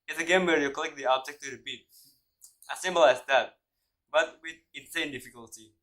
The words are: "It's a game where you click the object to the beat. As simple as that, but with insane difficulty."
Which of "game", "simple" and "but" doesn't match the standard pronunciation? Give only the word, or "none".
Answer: simple